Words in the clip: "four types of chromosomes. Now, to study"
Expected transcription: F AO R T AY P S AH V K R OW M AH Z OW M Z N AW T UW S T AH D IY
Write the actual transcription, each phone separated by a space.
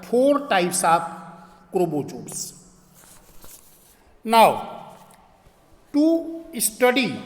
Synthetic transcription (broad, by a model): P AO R T AY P S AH P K R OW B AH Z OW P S N AW T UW S T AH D IY